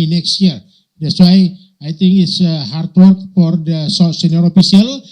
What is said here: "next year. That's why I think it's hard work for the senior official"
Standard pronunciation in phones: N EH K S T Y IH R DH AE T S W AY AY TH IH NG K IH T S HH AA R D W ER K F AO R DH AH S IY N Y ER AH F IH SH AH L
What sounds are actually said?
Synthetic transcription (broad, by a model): N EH K S T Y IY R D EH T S W AY AY T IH NG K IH T S HH AA R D W ER K F AO R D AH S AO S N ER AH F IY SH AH L